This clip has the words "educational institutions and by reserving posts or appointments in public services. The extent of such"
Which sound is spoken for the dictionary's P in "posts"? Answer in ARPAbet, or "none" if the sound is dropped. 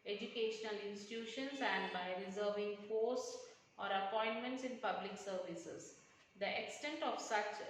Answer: F